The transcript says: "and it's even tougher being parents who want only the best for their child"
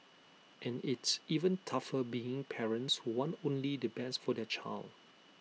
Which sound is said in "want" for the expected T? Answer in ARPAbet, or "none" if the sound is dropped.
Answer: none